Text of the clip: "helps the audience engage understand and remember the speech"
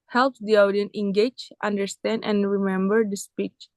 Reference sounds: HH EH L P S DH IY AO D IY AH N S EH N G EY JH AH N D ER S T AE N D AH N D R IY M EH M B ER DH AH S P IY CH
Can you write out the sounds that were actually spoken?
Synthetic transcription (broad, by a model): HH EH L P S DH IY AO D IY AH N EH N G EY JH AH N D ER S T AE N D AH N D R IY M EH M B ER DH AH S P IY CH